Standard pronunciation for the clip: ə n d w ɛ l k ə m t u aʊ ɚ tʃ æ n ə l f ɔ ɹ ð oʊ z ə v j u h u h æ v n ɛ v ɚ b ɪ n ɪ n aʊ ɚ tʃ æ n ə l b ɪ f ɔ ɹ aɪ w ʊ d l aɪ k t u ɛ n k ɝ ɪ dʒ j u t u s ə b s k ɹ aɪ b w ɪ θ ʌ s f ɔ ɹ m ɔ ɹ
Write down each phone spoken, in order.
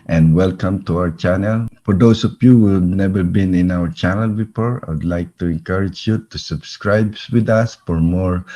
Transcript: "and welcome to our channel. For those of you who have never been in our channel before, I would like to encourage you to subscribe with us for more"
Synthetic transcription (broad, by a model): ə n d w ɛ l k ə m t u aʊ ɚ tʃ æ n ə l f ɔ ɹ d oʊ s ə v j u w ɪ n ɛ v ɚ b ɪ n ɪ n aʊ ɚ tʃ æ n ə l b ɪ f ɔ ɹ aɪ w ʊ d l aɪ k t u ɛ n k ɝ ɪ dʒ j u t u s ə b s k ɹ aɪ b w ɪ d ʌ s f ɔ ɹ m ɔ ɹ